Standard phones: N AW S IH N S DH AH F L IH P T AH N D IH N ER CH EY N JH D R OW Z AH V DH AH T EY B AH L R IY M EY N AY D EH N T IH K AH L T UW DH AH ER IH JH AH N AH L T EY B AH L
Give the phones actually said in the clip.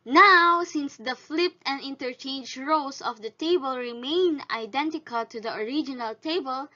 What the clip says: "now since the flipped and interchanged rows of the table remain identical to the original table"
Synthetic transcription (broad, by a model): N AW S IH N S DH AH F L IH P T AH N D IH N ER CH EY N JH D R OW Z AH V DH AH T EY B AH L R IY M EY N AY D EH N T IH K AH L T UW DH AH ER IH JH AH N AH L T EY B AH L